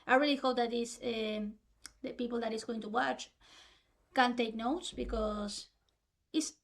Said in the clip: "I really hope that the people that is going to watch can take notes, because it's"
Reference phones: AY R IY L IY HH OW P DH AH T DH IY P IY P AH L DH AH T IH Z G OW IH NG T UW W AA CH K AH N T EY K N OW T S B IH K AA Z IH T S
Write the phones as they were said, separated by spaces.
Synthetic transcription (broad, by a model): AY R IY L IY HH OW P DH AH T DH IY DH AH P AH L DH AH T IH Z G OW IH NG T UW W AA CH K AH N T EY K N OW T S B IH K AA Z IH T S